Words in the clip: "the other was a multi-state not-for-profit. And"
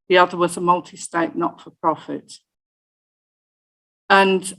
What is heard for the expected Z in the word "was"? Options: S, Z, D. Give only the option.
Z